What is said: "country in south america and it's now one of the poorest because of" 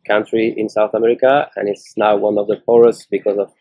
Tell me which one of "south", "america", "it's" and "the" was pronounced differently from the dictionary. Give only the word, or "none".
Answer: none